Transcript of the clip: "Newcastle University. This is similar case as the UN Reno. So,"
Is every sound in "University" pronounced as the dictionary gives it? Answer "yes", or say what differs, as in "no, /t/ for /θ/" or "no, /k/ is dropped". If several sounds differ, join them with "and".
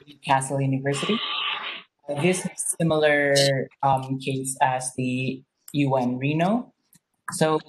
yes